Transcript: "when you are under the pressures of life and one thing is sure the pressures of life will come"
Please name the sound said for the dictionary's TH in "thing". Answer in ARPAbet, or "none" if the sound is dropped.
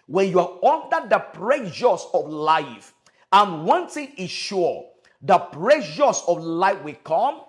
T